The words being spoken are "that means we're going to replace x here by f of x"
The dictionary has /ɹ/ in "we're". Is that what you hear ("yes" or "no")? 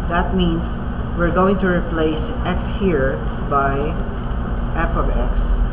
yes